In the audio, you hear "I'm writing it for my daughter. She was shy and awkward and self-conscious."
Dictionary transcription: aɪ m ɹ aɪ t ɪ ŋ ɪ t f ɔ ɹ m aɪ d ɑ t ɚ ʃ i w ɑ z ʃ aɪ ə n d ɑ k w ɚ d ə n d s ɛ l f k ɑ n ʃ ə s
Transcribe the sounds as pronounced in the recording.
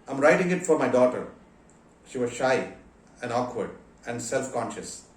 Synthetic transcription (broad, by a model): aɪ m ɹ aɪ t ɪ ŋ ɪ t f ɔ ɹ m aɪ d ɑ t ɚ ʃ i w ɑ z ʃ aɪ ə n d ɑ k w ɚ d ə n d s ɛ l f k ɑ n ʃ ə s